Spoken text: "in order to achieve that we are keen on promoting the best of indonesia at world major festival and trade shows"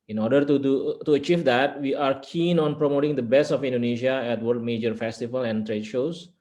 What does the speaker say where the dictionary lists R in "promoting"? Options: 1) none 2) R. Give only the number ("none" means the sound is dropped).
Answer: 2